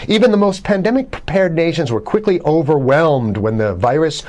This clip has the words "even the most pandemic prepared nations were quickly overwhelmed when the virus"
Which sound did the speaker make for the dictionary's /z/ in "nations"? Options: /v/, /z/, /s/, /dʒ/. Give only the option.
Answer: /z/